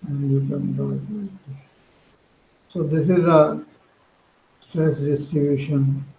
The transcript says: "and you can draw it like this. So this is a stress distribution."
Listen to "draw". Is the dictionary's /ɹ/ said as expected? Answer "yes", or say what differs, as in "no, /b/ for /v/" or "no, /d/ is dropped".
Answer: no, /ɹ/ is dropped